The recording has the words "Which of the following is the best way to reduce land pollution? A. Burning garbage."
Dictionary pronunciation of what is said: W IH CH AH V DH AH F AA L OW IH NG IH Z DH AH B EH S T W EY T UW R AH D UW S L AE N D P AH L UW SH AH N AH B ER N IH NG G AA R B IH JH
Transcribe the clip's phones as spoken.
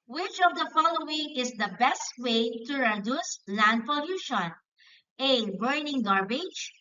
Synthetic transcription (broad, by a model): W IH CH AH V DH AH F AA L OW IH NG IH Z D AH B EH S T W EY T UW R AH D UW S L AE N D P AH L UW SH AH N AH B ER N IH NG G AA R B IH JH